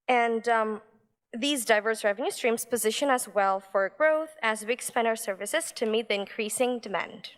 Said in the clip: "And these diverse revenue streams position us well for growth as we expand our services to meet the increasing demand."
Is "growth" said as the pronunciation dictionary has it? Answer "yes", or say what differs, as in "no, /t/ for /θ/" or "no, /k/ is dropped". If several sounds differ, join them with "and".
yes